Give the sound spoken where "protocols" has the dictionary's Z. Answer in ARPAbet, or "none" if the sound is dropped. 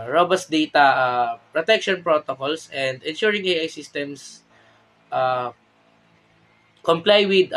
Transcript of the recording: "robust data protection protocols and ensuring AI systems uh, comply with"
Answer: S